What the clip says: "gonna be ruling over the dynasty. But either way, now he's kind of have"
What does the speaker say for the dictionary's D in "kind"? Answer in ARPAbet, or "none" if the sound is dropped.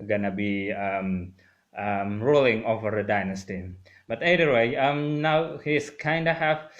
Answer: D